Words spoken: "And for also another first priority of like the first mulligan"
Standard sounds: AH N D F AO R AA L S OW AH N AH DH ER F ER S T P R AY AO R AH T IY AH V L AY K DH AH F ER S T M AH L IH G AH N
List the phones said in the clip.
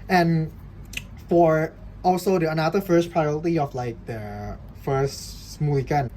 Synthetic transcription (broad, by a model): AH N F AO R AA L S OW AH N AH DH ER F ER S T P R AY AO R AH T IY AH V L AY K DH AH F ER S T M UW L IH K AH N